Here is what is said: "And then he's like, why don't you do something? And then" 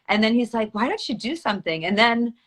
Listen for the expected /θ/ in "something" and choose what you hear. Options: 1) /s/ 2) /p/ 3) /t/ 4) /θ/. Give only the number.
4